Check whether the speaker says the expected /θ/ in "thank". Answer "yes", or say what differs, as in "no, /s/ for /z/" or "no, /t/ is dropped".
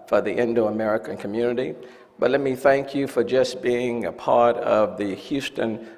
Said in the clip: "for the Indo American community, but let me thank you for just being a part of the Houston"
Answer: yes